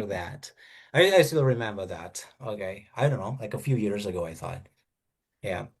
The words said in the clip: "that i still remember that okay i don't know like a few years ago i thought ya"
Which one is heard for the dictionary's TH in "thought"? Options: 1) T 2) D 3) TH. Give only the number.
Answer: 3